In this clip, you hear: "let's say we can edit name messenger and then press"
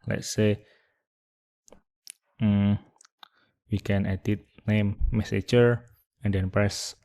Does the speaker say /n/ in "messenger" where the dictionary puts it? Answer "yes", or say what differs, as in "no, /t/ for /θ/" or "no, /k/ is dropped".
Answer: no, /n/ is dropped